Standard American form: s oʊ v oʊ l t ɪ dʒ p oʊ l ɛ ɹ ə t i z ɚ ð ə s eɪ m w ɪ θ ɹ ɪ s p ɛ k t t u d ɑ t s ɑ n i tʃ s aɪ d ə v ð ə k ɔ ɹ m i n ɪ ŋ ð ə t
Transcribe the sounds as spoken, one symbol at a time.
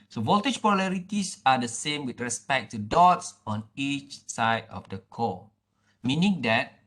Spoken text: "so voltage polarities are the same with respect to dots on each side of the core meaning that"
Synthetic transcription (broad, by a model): s oʊ v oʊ l t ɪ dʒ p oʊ l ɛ ɹ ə t i s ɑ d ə s eɪ m w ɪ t ɹ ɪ s p ɛ k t t u d ɑ t s ɑ n i tʃ s aɪ d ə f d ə k ɔ m i n ɪ ŋ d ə t